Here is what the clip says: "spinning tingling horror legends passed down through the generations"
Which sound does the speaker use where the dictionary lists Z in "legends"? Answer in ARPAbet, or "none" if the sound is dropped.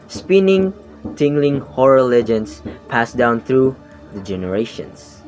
S